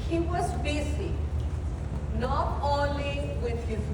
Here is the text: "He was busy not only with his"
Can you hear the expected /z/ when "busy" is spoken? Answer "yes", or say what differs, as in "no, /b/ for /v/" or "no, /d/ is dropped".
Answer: no, /s/ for /z/